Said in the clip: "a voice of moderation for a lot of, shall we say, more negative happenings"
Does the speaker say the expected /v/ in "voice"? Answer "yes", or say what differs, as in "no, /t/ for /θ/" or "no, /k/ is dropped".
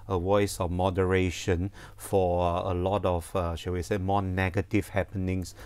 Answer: no, /w/ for /v/